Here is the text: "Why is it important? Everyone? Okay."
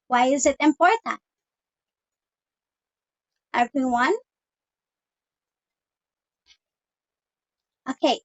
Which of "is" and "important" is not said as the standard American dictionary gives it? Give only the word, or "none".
none